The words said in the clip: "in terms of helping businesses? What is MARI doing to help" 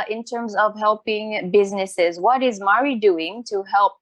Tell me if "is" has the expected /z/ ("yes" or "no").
yes